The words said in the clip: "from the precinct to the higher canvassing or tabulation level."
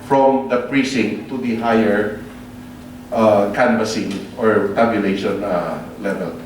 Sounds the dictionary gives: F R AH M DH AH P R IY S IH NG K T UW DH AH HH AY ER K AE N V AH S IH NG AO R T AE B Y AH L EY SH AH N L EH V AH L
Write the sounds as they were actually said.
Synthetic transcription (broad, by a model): F R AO M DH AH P R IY S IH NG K T UW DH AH HH AY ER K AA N B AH S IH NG AO R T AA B Y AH L EY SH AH N L EH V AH L